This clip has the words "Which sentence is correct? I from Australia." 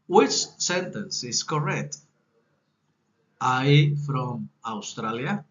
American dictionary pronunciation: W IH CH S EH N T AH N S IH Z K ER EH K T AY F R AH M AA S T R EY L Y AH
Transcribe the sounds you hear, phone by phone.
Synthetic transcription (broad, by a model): W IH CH S EH N T AH N S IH S K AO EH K T AY F R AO M AA S T R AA L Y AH